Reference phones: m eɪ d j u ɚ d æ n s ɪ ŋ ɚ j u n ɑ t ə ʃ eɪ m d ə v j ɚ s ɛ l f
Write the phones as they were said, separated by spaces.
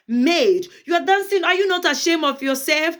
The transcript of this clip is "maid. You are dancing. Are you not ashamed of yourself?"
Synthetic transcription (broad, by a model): m eɪ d j u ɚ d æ n s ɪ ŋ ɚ j u n ɑ t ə ʃ eɪ m ə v j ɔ s ɛ l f